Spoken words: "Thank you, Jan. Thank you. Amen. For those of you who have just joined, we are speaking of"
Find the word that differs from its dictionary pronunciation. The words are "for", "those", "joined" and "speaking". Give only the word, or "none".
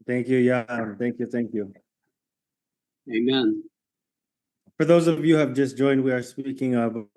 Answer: none